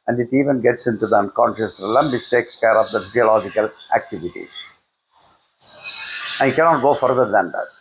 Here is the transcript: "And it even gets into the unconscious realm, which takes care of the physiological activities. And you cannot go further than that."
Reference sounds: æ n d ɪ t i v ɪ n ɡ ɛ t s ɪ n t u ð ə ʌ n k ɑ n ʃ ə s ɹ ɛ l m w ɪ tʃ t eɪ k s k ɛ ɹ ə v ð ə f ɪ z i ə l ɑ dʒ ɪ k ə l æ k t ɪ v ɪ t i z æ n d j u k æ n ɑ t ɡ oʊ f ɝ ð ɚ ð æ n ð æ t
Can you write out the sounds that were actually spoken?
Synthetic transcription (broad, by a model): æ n d ɪ t i v ɪ n ɡ ɛ t s ɪ n t u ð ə ʌ n k ɑ n ʃ ə s l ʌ m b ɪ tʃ t eɪ k s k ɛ ɹ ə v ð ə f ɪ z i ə l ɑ dʒ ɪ k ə l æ k t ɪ v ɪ t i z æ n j k æ n ɑ t ɡ oʊ f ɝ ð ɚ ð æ n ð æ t